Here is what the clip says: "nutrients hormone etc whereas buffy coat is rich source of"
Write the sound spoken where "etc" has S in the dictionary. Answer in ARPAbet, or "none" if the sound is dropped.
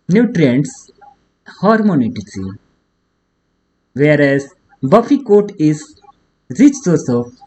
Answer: none